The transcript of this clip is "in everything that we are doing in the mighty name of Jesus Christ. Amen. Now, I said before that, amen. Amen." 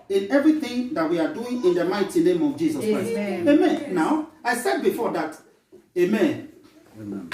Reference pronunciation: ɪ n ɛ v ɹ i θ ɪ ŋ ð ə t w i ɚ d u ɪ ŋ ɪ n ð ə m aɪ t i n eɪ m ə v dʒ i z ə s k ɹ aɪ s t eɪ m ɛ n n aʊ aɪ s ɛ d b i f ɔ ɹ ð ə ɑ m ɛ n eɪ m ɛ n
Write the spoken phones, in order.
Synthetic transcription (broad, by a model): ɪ n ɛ v ɹ i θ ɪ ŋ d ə t w i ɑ d u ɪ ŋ ɪ n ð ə m aɪ t i n eɪ m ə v dʒ i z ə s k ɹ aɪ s eɪ m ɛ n n aʊ aɪ s ɛ d b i f ɔ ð ɑ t eɪ m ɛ n